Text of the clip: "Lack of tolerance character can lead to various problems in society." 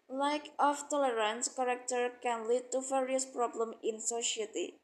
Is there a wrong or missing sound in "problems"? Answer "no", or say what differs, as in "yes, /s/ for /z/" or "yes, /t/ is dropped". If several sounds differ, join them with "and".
yes, /z/ is dropped